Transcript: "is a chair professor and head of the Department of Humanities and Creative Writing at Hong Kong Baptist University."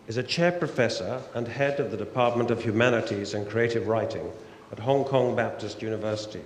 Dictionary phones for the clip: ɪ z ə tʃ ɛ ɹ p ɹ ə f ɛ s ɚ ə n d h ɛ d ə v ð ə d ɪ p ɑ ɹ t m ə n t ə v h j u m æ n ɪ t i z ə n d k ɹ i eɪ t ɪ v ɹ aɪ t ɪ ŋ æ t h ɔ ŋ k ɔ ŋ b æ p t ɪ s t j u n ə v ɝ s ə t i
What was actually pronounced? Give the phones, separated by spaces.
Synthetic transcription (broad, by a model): ɪ z ə tʃ ɛ ɹ p ɹ ə f ɛ s ɚ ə n h ɛ d ə v ð ə d ɪ p ɑ ɹ t m ə n t ə v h j u m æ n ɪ t i z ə n k ɹ i eɪ t ɪ v ɹ aɪ t ɪ ŋ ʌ t h ɔ ŋ k ɔ ŋ b æ p t ɪ s t j u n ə v ɝ s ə t i